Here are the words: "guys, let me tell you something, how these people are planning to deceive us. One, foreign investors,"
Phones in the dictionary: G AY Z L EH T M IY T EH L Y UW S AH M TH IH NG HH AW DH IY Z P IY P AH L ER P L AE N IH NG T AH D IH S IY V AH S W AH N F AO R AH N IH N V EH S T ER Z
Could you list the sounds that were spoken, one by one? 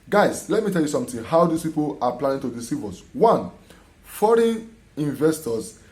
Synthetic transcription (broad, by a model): G AY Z L EH T M IY T EH L Y UW S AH M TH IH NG HH AW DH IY S P IY P AH L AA P L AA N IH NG T AH D IH S IY V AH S W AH N F AO R AH N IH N V EH S T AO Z